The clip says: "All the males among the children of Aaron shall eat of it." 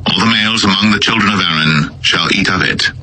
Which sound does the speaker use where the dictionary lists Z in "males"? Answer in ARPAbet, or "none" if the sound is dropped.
Z